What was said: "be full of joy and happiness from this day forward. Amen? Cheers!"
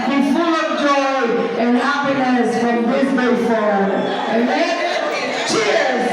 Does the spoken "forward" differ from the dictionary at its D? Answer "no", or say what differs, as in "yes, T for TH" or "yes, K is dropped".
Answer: yes, D is dropped